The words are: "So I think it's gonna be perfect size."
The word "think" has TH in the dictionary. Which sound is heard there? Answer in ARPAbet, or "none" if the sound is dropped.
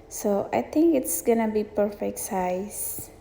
T